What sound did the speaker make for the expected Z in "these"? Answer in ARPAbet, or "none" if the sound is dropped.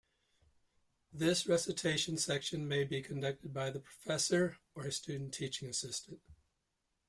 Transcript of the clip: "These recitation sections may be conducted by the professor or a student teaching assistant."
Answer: S